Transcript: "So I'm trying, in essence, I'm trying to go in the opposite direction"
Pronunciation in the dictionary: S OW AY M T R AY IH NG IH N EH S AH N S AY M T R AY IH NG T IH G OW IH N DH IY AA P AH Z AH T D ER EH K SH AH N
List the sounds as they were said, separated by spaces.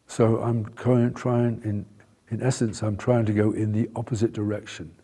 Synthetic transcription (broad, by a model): S OW AY M T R AY IH NG IH N EH S AH N S AY M T R AY IH NG T IH G OW IH N DH IY AA P AH Z AH T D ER EH K SH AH N